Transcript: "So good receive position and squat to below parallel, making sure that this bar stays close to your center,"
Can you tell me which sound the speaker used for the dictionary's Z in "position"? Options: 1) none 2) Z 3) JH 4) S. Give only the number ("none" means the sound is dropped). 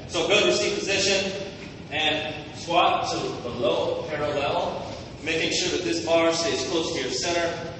2